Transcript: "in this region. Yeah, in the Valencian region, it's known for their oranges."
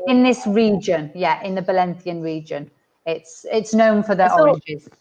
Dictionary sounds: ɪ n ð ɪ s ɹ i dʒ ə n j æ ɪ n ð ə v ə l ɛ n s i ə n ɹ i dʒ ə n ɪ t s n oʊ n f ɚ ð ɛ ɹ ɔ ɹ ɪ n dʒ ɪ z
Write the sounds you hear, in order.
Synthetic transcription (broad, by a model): ɪ n ð ɪ s ɹ i dʒ ə n j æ ɪ n ð ə b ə l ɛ n θ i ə n ɹ i dʒ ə n ɪ t s n oʊ n f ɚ ð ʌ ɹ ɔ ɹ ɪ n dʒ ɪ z